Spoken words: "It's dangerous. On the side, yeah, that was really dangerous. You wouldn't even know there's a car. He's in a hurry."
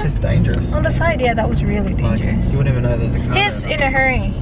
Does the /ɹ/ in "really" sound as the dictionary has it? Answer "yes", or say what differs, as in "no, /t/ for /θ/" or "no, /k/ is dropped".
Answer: yes